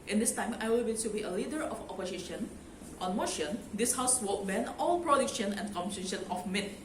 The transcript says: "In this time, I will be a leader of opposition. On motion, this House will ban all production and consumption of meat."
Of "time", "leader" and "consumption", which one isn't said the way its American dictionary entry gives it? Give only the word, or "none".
consumption